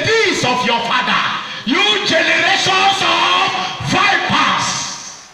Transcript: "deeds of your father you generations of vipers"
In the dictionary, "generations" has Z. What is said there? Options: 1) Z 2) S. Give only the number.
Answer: 2